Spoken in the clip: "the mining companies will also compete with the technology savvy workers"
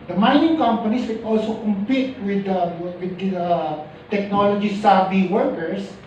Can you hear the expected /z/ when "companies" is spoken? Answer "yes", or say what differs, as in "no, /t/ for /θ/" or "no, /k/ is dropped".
no, /s/ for /z/